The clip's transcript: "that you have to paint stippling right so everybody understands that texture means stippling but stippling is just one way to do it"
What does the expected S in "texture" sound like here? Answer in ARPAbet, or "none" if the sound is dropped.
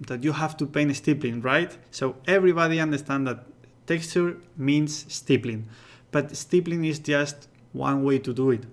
S